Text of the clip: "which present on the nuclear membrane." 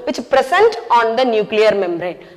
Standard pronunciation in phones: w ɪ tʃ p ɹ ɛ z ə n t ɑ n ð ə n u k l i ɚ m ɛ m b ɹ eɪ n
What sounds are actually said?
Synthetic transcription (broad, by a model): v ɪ tʃ p ɹ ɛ s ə n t ɑ n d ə n u k l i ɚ m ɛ m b ɹ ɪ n